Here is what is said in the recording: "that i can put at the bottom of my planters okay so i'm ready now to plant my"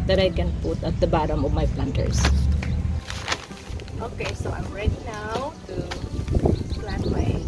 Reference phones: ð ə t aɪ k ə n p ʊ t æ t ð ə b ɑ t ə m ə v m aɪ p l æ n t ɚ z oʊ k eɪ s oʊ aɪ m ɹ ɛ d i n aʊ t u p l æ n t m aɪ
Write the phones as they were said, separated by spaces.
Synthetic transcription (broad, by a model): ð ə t aɪ k ə n p ʊ t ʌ t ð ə b ɑ t ə m ə v m aɪ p l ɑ n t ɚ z oʊ k eɪ s oʊ aɪ m ɹ ɛ d i n aʊ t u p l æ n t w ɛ